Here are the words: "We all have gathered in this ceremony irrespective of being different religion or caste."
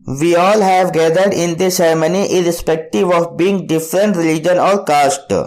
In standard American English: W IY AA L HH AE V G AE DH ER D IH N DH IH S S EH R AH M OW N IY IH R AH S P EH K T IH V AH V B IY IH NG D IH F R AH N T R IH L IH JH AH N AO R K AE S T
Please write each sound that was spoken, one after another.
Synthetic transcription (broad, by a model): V IY AA L HH AE V G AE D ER D IH N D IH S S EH R M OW N IY IH R AH S P EH K T IH V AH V B IY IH NG D IH F R AH N T R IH L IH JH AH N AO R K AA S T